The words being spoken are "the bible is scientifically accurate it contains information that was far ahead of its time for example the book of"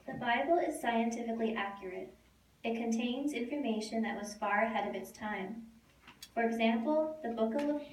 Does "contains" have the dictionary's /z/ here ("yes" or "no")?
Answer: yes